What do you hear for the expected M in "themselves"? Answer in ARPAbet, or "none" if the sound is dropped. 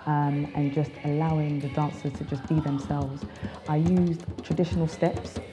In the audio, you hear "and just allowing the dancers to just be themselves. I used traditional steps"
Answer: M